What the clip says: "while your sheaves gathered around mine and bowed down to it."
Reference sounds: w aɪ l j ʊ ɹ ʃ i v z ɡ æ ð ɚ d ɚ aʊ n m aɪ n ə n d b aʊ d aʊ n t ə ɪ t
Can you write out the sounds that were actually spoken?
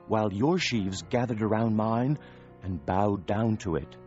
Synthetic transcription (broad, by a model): w aɪ l j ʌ ɹ ʃ i v z ɡ æ ð ɚ d ɚ aʊ n m aɪ n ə n b aʊ d aʊ n t ə ɪ t